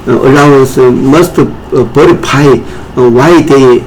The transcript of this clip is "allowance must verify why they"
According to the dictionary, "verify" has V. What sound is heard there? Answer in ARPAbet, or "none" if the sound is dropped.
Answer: B